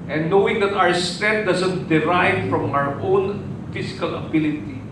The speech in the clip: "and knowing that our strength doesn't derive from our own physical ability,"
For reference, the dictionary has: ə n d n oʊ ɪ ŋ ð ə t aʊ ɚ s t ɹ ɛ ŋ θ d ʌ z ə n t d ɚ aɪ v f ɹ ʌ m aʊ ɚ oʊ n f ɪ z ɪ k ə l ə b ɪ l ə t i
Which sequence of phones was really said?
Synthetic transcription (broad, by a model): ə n n oʊ ɪ ŋ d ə t aʊ ɚ s t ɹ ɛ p d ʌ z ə n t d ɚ aɪ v f ɹ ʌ m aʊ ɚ oʊ n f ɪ s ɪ k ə l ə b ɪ l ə t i